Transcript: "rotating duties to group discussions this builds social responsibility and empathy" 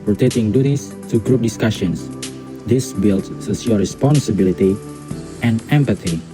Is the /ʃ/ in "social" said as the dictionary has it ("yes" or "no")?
no